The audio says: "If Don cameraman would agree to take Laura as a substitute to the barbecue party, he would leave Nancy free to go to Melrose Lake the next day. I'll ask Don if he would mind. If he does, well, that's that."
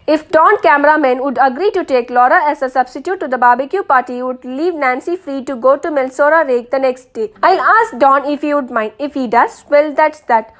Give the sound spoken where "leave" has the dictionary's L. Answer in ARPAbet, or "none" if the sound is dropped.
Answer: L